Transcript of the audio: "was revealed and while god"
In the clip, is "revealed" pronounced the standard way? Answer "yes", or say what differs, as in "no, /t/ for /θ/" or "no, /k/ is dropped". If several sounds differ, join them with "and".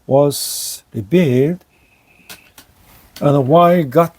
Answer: no, /b/ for /v/